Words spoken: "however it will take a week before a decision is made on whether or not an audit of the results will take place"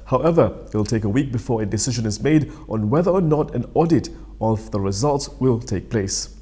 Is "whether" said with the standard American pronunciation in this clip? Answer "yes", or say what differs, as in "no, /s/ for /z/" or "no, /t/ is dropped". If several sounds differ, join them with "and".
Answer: yes